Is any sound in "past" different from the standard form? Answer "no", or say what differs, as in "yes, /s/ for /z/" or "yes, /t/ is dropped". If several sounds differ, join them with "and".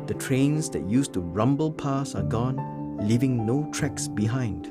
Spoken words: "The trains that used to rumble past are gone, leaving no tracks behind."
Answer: yes, /t/ is dropped